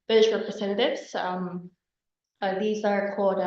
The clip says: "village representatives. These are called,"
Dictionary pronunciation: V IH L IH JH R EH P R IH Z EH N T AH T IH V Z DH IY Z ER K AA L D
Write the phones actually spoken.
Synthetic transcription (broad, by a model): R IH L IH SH R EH P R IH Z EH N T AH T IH V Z DH IY Z ER K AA L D